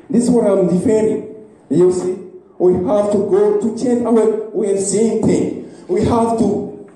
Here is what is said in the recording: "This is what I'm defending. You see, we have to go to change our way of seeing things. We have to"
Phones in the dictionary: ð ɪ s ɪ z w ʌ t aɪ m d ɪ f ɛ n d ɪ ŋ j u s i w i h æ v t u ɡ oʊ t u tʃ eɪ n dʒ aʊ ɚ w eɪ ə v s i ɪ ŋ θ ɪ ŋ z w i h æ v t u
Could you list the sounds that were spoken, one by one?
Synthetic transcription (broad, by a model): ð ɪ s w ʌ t aɪ m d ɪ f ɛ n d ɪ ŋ j u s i w i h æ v t u ɡ oʊ t u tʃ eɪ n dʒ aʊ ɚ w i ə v s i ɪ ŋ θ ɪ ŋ w i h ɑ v t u